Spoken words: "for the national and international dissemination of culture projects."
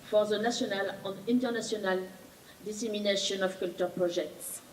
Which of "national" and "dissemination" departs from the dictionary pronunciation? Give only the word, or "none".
national